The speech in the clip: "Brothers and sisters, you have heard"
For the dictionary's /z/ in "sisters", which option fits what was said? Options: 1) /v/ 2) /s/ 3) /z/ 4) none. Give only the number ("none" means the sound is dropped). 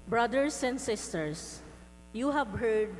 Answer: 2